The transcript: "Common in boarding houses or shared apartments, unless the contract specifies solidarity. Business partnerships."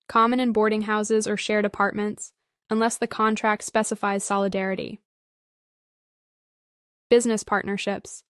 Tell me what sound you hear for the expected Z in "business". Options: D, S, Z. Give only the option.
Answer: Z